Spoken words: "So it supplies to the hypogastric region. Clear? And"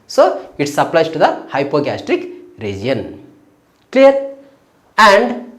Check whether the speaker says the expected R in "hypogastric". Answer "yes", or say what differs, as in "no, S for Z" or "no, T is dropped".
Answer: yes